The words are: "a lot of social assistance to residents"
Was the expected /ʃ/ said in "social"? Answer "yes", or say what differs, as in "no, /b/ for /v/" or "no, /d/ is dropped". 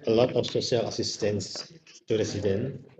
no, /s/ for /ʃ/